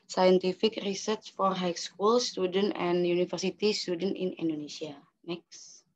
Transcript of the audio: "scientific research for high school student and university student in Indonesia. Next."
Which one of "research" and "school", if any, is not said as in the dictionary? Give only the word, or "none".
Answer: none